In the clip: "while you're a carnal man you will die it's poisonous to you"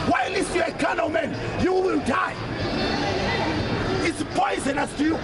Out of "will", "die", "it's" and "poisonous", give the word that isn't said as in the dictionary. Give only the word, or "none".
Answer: none